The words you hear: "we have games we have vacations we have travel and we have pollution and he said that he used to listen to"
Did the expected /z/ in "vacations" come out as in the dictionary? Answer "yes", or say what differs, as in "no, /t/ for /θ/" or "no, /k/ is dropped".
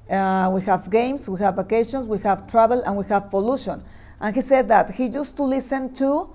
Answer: no, /s/ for /z/